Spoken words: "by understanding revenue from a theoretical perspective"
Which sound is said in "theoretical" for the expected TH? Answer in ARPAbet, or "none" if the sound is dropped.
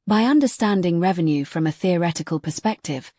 TH